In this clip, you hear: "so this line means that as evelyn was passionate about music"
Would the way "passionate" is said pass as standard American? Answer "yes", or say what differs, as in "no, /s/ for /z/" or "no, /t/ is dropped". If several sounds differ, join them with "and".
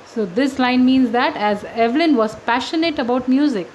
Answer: yes